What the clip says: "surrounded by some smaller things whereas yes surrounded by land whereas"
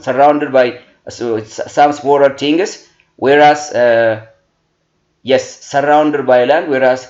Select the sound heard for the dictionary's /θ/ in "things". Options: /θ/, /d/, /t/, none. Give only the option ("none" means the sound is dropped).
/t/